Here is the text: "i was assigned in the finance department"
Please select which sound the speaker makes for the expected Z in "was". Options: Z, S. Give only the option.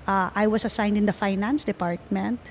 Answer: S